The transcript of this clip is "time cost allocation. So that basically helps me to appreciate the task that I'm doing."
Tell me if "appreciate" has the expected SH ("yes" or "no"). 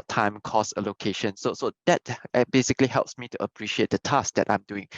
yes